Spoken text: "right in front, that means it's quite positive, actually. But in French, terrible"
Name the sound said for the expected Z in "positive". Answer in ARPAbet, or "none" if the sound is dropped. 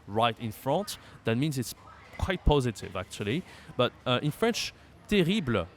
Z